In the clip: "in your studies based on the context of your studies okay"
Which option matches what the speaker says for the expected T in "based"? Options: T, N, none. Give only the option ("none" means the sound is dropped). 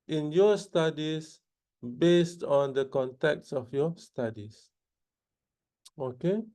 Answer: T